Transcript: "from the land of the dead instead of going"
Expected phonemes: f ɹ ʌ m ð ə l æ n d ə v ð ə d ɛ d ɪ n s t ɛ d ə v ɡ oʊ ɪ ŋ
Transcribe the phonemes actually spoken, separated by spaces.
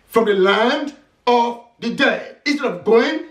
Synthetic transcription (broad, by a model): f ɹ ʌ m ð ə l æ n d ə v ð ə d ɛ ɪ ɪ n s t ɛ d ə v ɡ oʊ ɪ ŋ